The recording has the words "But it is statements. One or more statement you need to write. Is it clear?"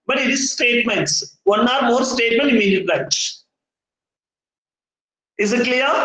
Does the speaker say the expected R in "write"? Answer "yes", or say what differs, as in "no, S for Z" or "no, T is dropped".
no, L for R